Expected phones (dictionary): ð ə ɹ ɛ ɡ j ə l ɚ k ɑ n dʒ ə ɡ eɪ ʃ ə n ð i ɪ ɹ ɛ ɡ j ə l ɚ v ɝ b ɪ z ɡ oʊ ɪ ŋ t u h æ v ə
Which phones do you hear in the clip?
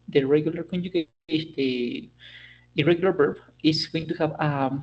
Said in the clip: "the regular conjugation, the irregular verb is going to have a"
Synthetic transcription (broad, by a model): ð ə ɹ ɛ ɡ j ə l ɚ k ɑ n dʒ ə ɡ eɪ ə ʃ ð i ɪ ɹ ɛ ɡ j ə l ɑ b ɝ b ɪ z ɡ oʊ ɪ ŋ t u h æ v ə